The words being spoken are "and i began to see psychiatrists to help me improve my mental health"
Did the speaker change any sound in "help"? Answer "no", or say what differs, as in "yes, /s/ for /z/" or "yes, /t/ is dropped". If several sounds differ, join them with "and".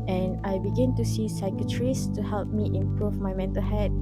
no